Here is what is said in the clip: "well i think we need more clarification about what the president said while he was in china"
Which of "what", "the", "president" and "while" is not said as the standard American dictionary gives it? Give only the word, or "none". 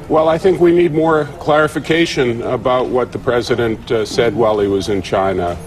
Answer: none